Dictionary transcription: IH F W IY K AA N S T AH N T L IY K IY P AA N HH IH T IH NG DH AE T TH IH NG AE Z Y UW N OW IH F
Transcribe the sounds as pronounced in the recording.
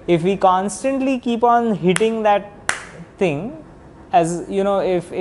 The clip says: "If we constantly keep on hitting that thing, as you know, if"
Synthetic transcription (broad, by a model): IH F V IY K AA N S T AH N T L IY K IY P AA N HH IH T IH NG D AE T T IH NG AE Z Y UW N OW IH F